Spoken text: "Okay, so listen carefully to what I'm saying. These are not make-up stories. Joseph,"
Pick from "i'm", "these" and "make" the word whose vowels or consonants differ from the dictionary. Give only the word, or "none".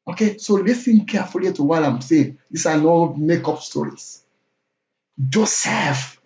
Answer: these